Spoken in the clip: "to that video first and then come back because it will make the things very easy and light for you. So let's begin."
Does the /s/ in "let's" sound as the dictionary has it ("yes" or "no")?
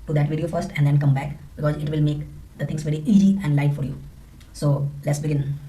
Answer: yes